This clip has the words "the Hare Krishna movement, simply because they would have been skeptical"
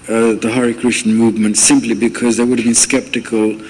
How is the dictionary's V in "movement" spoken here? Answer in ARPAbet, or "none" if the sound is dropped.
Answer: V